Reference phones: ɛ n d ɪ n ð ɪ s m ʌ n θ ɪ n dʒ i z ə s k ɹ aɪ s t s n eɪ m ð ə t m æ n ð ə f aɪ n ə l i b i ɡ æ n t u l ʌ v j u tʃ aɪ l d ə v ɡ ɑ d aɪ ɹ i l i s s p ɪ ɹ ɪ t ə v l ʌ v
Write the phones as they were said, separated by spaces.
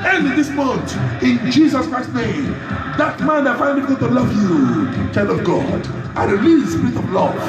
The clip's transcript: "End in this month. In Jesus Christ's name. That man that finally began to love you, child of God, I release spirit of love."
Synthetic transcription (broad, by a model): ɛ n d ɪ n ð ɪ s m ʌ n t ɪ n dʒ i z ə s k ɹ aɪ s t n eɪ m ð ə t m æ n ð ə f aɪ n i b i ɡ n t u l ʌ v j u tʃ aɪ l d ə v ɡ ɑ d aɪ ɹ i l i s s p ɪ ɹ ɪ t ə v l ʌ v